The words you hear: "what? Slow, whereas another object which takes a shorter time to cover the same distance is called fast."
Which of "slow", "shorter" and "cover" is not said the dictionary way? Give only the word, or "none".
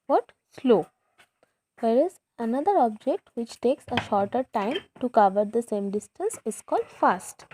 none